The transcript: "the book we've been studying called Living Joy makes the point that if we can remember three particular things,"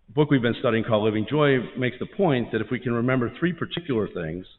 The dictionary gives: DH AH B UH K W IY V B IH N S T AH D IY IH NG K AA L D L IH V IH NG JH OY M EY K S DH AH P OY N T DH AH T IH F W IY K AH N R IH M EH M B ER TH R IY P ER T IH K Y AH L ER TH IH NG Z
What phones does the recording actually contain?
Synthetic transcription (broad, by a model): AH B UH K W IY V B IH N S T AH D IY IH NG K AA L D L IH V IH NG JH OY M EY K S DH AH P OY N DH AH T IH F W IY K AH N R IH M EH M B ER TH R IY P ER T IH K Y L ER TH IH NG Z